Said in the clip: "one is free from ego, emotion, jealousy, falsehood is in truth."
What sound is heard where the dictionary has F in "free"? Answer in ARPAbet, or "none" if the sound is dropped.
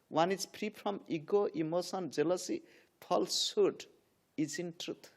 P